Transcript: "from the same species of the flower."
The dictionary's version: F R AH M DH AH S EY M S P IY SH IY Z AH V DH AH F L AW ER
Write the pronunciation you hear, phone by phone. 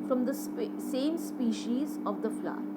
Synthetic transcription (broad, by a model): F R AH M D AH S EY M S P IY SH IY Z AH V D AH F L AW